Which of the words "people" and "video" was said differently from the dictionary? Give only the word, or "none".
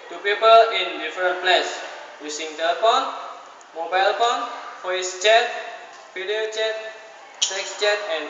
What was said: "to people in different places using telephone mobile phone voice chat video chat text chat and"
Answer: video